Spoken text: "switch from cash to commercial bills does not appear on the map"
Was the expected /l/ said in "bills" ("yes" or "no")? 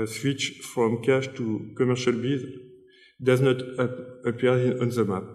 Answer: no